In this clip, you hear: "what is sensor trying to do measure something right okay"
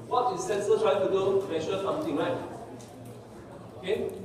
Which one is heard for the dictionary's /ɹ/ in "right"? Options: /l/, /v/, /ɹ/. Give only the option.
/l/